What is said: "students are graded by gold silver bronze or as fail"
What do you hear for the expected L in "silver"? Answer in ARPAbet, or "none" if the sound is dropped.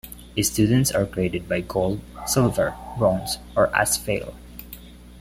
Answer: L